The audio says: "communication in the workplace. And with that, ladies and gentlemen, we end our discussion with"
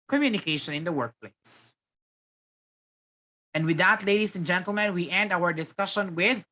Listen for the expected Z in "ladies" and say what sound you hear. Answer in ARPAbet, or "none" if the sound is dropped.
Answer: S